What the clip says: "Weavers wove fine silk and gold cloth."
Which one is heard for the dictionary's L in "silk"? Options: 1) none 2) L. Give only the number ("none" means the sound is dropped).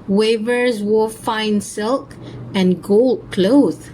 2